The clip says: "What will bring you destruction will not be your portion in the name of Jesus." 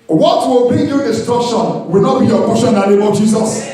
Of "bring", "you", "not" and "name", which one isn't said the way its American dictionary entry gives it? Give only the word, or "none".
bring